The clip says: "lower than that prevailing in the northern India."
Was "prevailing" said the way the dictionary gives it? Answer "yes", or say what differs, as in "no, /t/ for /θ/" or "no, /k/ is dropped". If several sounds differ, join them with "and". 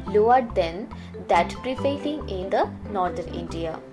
no, /f/ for /v/